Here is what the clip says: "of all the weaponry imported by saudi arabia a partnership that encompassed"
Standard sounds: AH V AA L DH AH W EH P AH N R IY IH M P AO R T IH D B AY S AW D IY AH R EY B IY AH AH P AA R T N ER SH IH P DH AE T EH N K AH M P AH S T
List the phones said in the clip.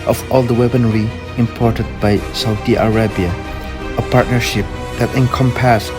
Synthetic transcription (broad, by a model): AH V AA L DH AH W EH B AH N R IY IH M P AO R T IH D B AY S AW D IY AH R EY B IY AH AH P AA R T N ER SH IH P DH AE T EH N K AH M P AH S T